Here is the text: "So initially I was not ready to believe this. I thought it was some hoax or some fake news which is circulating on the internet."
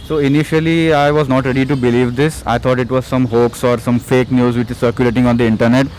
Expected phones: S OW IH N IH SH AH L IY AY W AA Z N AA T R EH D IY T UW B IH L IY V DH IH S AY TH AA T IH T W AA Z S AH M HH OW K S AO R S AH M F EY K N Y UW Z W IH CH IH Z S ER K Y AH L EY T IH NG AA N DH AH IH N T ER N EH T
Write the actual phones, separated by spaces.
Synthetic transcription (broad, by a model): S OW IH N IH SH AH L IY AY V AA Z N AA T R EH D IY T UW B IH L IY V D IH S AY T AA T IH T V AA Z S AH M HH OW K S AO R S AH M F EY K N Y UW Z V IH CH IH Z S ER K Y AH L EY T IH NG AA N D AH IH N T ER N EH T